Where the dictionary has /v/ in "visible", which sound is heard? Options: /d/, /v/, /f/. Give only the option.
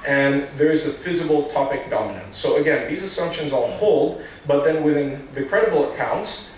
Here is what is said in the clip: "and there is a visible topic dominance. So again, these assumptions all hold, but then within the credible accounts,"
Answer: /f/